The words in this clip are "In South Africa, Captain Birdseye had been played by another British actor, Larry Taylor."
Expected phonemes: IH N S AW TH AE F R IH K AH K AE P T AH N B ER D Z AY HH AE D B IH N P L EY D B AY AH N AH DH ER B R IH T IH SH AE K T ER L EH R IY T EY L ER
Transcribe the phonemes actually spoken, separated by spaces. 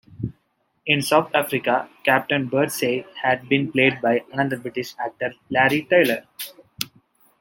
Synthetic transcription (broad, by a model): IH N S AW T AE F R IH K AH K AE P T AH N B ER D S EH HH AE D B IH N P L EY D B AY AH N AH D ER B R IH T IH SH AE K T ER L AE R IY T EY L ER